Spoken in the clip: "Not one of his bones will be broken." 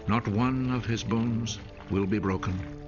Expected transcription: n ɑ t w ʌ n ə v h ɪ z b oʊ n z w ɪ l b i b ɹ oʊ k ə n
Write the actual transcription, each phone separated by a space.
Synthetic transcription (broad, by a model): n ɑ t w ʌ n ə v ɪ z b oʊ n z w ɪ l b i b ɹ oʊ k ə n